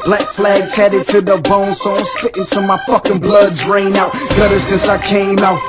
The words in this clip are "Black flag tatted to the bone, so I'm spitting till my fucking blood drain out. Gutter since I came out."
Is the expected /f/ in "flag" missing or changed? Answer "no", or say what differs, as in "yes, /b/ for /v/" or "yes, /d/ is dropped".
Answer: no